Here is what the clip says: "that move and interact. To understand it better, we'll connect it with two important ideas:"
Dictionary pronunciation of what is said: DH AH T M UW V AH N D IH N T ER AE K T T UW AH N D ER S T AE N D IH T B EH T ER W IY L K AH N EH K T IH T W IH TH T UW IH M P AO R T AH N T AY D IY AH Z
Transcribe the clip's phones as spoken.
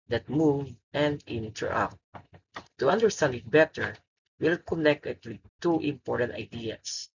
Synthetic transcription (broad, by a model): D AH T M UW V AH N D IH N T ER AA T T UW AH N D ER S T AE N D IH T B EH T ER W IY L K AH N EH K T IH T W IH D T UW IH M P AO R T AH N T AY D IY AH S